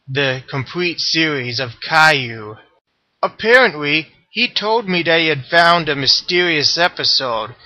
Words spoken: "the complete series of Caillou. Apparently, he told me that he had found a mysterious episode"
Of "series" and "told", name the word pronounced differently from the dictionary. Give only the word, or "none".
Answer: none